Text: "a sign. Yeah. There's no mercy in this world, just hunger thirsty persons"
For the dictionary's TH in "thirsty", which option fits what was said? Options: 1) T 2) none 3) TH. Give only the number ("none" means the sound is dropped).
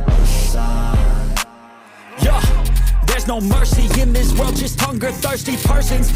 3